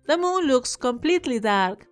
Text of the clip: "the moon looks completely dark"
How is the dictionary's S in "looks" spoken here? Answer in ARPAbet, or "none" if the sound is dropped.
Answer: S